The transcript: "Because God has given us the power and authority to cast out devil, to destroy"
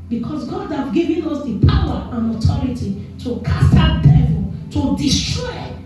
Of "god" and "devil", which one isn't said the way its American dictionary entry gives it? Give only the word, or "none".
none